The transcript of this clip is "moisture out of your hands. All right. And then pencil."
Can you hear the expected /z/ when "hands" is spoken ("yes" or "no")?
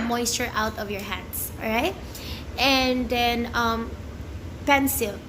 no